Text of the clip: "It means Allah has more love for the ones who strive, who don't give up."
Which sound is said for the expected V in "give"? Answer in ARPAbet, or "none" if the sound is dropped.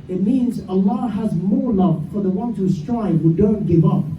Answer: V